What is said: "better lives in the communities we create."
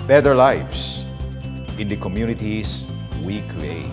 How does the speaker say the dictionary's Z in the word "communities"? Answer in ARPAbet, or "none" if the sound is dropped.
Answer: S